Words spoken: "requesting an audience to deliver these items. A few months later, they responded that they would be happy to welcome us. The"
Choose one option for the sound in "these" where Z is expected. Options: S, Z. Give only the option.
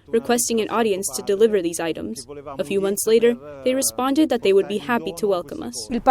Z